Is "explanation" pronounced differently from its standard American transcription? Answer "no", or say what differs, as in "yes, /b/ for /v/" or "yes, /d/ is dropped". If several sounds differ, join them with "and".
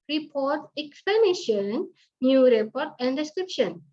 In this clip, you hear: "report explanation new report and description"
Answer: yes, /l/ is dropped